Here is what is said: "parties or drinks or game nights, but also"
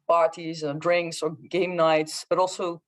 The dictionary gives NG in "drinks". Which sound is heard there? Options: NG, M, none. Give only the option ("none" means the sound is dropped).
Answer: NG